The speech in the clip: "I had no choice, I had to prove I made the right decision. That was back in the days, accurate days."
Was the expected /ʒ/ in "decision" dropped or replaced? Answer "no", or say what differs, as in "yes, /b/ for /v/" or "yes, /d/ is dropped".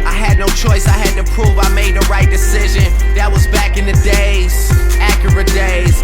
no